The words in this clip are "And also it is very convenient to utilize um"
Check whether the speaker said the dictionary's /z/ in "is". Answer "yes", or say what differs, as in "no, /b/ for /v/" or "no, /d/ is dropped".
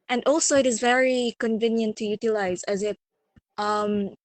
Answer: yes